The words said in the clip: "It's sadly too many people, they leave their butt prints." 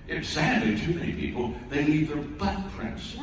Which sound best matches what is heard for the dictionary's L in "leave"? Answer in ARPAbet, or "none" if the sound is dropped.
N